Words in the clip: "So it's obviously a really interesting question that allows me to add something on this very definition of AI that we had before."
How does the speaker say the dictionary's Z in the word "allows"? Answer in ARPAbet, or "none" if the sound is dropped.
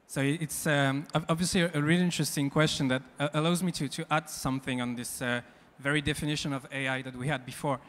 Z